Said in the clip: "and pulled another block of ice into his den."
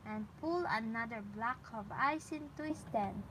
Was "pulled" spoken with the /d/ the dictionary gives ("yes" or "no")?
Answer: no